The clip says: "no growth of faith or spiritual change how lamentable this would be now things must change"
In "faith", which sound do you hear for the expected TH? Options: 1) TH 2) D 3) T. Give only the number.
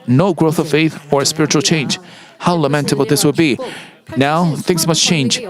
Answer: 1